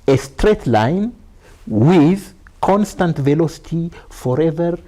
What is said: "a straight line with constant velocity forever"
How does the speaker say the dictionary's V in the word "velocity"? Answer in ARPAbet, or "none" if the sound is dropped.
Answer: V